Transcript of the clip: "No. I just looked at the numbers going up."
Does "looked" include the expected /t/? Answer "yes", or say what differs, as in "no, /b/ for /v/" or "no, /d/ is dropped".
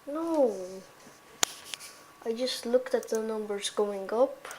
yes